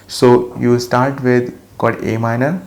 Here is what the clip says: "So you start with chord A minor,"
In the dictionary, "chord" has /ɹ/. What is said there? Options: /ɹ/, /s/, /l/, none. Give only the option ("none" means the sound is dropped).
/l/